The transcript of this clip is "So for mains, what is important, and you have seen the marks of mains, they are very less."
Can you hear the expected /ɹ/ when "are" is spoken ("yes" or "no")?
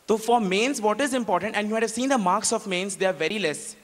yes